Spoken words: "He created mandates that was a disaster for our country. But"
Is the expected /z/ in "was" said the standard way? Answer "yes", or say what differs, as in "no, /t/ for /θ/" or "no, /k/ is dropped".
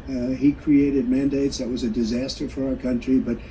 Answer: yes